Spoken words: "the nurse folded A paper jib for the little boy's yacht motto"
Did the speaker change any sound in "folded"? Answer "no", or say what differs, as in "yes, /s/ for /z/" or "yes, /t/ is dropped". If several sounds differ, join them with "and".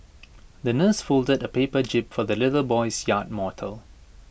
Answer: no